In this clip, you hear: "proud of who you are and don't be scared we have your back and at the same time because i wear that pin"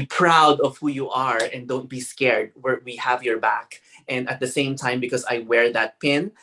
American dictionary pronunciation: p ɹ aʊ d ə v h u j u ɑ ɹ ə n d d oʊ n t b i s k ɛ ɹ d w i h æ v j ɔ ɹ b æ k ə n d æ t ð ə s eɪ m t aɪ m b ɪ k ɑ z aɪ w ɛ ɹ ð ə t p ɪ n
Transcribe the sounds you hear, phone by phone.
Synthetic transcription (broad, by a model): p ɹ aʊ d ə v h u j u ɑ ɹ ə n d d oʊ n t b i s k ɛ ɹ d w i h æ v j ɔ ɹ b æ k ə n d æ t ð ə s eɪ m t aɪ m b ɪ k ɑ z aɪ w ɛ ɹ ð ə t p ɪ n